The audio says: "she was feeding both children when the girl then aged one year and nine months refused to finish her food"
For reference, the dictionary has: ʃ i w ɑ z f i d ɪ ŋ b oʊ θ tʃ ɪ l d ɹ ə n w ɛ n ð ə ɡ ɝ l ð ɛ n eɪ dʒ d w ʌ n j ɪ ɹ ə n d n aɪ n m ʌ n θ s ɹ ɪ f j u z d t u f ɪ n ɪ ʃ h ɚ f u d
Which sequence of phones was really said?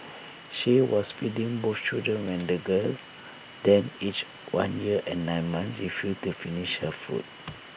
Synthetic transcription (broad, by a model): ʃ i w ɑ s f i d ɪ ŋ b oʊ f tʃ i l d ɹ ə n w ɛ n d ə ɡ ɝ l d ɛ n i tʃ w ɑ n j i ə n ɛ n aɪ n m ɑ n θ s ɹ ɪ f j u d t u f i n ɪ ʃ h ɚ f u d